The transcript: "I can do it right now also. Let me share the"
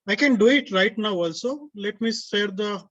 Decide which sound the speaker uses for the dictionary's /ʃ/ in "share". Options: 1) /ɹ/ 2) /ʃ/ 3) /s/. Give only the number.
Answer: 3